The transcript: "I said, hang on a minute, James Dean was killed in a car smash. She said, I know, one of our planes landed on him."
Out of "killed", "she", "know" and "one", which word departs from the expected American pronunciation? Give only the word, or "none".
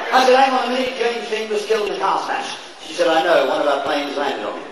killed